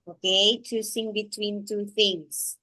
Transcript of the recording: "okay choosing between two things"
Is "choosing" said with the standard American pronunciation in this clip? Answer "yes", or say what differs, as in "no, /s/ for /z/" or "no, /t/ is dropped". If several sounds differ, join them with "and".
no, /s/ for /z/